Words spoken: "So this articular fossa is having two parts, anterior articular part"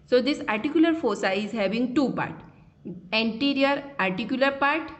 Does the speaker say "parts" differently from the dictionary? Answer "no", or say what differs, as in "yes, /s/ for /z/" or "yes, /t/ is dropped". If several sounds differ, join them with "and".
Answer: yes, /s/ is dropped